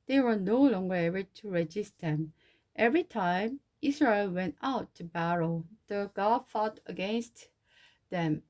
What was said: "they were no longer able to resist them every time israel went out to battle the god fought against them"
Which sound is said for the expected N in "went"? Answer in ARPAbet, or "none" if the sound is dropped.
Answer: N